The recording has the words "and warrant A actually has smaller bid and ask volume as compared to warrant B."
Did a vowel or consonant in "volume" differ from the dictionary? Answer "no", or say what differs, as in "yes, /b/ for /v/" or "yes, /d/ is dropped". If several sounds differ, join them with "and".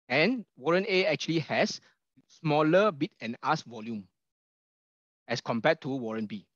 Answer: no